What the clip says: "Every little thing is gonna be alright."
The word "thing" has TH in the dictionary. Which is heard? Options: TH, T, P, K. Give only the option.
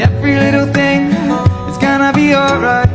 TH